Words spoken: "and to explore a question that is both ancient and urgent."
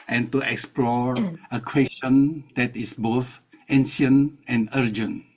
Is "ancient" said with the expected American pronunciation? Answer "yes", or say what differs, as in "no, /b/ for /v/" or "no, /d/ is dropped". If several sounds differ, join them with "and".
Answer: no, /t/ is dropped